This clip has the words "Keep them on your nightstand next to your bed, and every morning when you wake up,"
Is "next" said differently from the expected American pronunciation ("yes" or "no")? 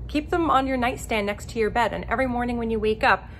no